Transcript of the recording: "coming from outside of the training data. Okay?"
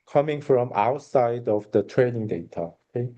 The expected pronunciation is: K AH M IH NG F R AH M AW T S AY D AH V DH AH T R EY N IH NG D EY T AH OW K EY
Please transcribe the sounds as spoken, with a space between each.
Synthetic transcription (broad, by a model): K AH M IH NG F R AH M AW T S AY D AH V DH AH T R EY N IH NG D EY T AH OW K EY